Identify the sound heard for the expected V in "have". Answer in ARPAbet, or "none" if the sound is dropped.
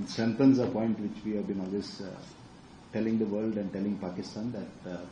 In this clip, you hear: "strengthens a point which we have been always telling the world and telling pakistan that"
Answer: V